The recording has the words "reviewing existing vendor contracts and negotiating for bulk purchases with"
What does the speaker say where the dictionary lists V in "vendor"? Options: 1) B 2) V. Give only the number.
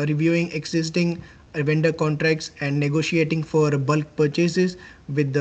2